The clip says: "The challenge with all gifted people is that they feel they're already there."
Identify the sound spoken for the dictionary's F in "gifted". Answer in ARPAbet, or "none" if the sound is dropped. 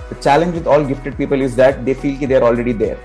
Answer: F